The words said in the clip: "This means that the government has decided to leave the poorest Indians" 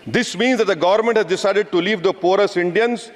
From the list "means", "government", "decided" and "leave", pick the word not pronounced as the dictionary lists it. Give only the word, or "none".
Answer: none